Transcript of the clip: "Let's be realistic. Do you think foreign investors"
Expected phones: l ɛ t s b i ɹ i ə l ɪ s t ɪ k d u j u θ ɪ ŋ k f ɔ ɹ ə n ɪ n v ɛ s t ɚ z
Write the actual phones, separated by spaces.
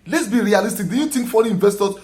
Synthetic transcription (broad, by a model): l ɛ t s b i ɹ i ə l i s t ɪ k d u j u t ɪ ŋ k f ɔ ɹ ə ɪ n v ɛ s t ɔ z